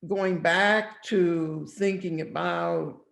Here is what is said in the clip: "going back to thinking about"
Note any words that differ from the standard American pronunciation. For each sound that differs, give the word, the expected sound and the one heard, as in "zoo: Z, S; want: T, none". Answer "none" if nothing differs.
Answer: none